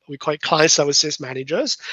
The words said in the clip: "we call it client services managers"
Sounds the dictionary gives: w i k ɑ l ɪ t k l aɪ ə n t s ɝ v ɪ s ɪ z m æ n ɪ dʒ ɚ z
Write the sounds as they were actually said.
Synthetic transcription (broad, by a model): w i k ɑ ɪ t k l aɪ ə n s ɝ w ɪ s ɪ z m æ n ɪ dʒ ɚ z